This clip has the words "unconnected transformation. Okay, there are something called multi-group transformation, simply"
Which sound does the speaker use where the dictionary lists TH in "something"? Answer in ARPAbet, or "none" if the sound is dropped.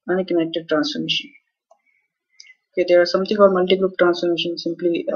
T